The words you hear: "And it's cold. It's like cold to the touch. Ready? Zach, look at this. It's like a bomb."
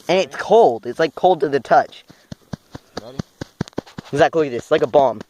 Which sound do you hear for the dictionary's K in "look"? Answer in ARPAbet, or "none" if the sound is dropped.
none